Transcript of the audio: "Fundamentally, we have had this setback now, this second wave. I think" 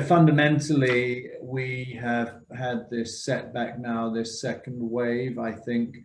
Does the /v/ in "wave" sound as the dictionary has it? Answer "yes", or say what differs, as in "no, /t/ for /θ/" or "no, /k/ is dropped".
yes